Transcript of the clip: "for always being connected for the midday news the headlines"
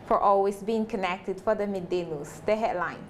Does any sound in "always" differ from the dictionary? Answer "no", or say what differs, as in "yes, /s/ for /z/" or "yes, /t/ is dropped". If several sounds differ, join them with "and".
yes, /s/ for /z/